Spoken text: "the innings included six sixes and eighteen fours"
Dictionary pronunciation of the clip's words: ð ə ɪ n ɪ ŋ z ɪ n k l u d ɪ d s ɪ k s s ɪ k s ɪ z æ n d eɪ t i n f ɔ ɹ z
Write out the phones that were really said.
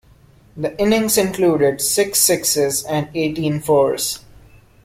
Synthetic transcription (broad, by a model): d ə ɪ n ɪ ŋ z ɪ n k l u d ɪ d s ɪ k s s ɪ k s ɪ z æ n d eɪ t i n f ɔ ɹ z